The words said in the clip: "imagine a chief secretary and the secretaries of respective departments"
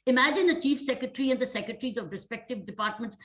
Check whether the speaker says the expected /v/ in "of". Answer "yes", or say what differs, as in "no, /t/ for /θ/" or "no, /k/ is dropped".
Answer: yes